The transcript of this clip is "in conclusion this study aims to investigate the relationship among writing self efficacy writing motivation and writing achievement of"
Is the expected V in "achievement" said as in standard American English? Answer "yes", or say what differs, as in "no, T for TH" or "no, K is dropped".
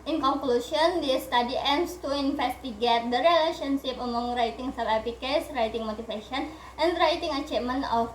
no, V is dropped